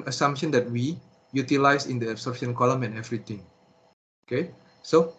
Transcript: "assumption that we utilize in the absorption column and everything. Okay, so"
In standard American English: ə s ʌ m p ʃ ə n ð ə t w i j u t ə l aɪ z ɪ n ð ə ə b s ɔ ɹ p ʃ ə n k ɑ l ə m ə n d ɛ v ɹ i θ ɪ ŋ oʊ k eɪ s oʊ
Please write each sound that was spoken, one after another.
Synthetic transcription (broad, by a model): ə s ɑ m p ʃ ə n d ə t w i j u t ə l aɪ s ɪ n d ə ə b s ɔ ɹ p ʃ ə n k ɑ l ə m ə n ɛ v ɹ i t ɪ ŋ oʊ k eɪ s oʊ